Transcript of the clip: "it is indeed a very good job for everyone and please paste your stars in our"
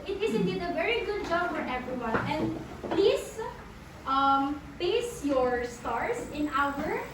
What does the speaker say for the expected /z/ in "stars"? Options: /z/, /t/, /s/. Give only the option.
/s/